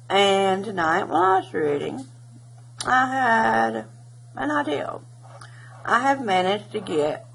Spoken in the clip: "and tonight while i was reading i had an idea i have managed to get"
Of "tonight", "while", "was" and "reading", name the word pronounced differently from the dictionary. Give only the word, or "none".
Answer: while